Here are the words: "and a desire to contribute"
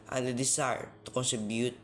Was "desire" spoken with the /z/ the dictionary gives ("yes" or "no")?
no